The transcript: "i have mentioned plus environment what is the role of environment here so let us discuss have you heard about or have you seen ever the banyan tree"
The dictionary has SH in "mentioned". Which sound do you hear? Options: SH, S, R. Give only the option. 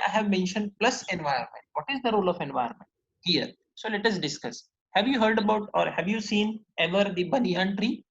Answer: SH